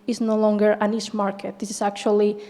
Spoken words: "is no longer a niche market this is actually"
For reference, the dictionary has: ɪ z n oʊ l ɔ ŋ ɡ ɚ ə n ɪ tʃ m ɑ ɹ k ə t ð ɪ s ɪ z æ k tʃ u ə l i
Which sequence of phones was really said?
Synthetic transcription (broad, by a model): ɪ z n oʊ l ɔ ŋ ɡ ɚ ə n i s m ɑ ɹ k ə t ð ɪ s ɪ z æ k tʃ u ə l i